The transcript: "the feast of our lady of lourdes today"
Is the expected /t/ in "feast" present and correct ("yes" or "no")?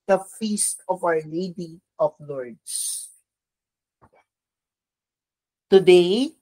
yes